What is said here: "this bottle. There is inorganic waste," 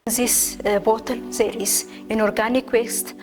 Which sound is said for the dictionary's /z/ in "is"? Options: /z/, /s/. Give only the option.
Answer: /s/